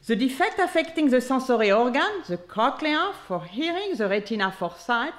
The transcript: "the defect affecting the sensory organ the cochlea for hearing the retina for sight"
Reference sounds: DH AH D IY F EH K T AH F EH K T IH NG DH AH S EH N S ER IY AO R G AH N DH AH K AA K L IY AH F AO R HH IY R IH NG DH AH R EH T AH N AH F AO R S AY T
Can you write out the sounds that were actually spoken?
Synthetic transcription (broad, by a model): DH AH D IY F EH K T AH F EH K T IH NG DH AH S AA S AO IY AO R G AH N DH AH K AA K L IY AH F AO R HH IY R IH NG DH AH R EH T AH N AH F AO R S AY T